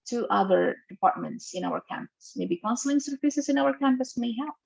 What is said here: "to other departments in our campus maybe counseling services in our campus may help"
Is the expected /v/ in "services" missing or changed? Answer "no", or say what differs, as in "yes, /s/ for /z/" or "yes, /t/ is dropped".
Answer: yes, /f/ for /v/